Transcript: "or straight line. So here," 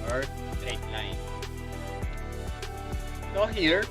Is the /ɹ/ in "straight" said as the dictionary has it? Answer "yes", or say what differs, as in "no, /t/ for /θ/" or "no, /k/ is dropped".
no, /ɹ/ is dropped